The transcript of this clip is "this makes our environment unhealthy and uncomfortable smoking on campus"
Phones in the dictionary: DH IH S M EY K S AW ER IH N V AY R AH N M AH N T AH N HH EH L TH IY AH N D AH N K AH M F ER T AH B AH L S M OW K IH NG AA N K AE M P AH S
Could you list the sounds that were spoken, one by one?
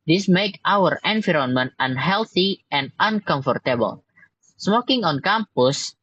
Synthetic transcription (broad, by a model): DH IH S M EY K AW ER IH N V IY R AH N M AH N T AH N HH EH L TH IY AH N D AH N K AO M F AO T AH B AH L S M OW K IH NG AA N K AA M P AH S